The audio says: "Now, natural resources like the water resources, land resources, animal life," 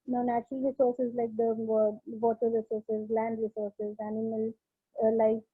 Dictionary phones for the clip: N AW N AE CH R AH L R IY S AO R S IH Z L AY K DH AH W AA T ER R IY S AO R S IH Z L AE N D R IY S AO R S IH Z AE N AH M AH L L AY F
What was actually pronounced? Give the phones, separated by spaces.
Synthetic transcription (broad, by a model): N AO N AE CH AH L R IY S AO R S IH Z L AY K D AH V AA T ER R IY S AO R S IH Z L AE N D R IY S AO R S IH Z AE N AH M AH L L AY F